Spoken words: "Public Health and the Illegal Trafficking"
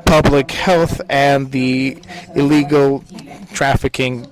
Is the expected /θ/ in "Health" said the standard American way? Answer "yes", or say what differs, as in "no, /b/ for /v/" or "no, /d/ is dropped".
yes